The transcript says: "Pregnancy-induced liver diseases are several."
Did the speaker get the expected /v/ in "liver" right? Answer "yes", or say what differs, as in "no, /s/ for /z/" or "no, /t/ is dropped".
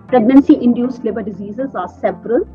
no, /b/ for /v/